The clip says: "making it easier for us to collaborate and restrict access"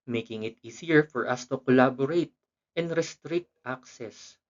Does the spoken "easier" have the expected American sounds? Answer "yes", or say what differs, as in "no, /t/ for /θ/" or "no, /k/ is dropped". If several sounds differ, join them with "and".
no, /s/ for /z/